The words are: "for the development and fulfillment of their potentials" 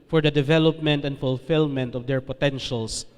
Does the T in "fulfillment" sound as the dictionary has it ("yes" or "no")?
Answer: yes